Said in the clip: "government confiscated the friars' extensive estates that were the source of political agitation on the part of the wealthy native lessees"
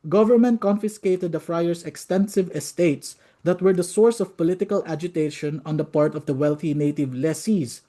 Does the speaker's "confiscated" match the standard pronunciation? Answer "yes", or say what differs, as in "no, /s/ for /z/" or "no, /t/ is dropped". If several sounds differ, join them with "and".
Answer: yes